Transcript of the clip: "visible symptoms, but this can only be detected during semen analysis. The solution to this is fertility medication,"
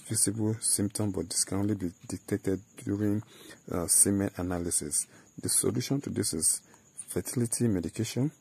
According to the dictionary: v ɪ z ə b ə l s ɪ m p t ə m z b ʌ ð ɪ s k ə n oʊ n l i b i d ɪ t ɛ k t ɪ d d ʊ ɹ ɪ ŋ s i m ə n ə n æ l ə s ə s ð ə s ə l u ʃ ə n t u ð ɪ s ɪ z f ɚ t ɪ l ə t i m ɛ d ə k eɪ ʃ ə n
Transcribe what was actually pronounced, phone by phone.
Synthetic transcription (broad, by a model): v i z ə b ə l s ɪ m p t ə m b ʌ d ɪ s k ə n oʊ n l i b i d ɪ t ɛ k t ɪ d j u ɹ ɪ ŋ s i m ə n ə n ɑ l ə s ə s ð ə s ə l u ʃ ə n t u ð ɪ s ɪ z f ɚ t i l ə t i m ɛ d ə k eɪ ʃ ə n